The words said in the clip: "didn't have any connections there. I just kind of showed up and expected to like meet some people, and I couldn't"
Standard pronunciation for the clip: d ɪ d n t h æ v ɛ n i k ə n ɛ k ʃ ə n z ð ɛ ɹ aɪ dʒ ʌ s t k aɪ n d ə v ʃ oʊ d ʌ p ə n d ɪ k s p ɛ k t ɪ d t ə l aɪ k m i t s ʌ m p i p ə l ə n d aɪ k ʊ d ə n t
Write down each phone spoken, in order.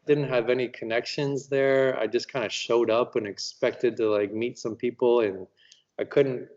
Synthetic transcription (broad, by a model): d ɪ d n t h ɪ v ɛ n i k ə n ɛ k ʃ ə n z ð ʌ ɹ aɪ dʒ ʌ s k aɪ n d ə ʃ oʊ d ʌ p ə n ɪ k s p ɛ k t ɪ d t ə l aɪ k m i t s ʌ m p i p l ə n aɪ k ʊ d n t